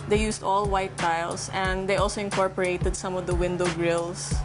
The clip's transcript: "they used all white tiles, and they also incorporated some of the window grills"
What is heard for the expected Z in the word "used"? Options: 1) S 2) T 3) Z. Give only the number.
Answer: 1